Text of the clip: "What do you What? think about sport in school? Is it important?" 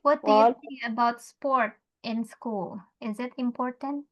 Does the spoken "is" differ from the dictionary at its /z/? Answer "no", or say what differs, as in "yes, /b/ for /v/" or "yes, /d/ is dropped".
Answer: no